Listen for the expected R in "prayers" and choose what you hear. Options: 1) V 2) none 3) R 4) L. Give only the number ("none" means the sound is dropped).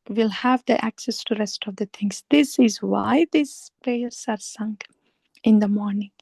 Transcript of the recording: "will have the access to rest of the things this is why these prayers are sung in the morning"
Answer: 2